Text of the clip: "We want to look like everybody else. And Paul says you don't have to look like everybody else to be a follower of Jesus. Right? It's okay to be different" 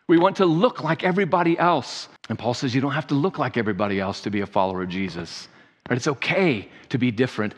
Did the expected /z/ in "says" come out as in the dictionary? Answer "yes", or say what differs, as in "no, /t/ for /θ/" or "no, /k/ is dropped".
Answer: yes